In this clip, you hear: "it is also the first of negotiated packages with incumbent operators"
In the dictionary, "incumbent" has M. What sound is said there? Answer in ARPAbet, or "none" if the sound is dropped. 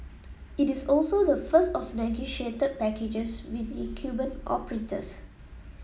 none